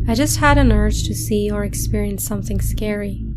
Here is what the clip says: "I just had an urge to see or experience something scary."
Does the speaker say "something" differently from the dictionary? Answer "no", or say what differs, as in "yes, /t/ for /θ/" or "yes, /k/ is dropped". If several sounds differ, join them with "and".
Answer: no